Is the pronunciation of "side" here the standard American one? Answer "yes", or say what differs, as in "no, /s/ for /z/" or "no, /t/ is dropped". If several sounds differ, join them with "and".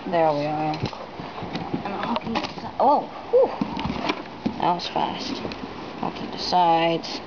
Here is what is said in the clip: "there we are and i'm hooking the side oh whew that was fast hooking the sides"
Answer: no, /d/ is dropped